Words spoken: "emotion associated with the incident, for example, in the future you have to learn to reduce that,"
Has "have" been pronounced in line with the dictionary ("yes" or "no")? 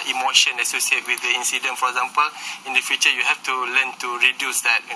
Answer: no